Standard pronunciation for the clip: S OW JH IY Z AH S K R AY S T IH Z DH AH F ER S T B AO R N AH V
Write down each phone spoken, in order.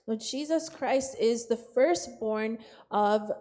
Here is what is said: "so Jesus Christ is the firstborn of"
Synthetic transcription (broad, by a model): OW JH IY Z AH S K R AY S T IH Z DH AH F ER S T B AO R N AH V